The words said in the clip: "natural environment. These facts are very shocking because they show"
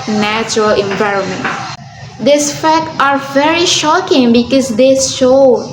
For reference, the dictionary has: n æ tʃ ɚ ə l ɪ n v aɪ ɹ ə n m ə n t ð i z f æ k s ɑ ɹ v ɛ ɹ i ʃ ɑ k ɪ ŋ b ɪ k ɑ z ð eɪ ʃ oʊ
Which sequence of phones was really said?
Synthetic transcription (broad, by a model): n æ tʃ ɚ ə l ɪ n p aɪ ɹ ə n m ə n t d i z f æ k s ɑ ɹ v ɛ ɹ i ʃ ɑ k ɪ ŋ b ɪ k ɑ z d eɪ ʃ oʊ